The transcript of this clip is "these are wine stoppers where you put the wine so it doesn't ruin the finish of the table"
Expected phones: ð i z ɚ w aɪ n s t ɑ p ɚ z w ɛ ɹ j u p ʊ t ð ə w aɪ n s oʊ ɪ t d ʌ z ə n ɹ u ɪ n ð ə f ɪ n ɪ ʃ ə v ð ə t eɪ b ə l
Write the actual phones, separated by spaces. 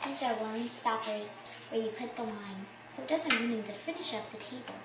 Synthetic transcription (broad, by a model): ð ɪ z ɚ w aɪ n s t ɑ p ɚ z w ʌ ɹ j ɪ p ʊ t ð ə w aɪ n s oʊ ɪ t d ʌ z ə n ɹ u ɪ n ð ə f ɪ n ɪ ʃ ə p ð ə t eɪ b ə l